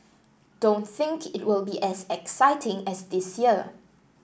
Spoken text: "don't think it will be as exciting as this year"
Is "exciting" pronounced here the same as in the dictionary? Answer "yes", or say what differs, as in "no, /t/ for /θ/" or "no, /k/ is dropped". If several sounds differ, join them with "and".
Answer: yes